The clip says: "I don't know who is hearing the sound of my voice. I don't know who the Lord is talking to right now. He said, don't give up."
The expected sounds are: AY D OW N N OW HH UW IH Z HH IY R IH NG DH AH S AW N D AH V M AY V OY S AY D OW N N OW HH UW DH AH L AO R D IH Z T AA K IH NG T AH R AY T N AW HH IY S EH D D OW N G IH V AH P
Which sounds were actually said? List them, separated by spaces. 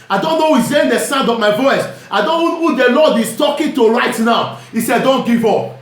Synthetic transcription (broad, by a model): AY D OW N N OW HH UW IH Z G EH IH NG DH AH S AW N D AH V M AY V OY S AY D OW N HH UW HH UW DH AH L AO D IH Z T AA K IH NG T AH R AY T N AW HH IY S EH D D OW N G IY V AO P